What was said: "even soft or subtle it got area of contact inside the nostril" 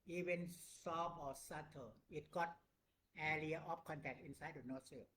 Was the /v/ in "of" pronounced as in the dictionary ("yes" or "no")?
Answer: no